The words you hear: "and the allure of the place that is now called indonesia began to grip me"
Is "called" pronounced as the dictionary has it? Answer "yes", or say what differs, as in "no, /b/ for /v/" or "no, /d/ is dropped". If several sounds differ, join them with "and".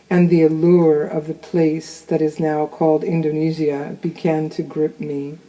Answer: yes